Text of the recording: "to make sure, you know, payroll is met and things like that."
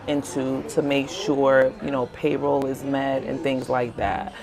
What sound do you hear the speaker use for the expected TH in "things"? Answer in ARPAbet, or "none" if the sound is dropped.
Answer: TH